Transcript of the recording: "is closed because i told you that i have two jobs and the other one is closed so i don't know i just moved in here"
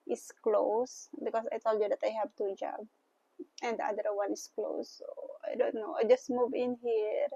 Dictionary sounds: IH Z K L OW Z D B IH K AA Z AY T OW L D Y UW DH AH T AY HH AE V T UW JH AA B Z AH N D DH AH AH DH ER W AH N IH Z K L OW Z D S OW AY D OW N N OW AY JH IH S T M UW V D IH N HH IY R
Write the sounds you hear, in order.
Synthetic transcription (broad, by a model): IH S K L OW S B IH K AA S AY T OW L D Y UW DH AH T AY HH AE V T UW JH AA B AH N D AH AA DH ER W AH N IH S K L OW S OW AY D OW N N OW AY JH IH S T M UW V IH N HH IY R